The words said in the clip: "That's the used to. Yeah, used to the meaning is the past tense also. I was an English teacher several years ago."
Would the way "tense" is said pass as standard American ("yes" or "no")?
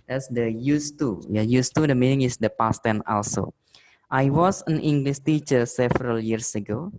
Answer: no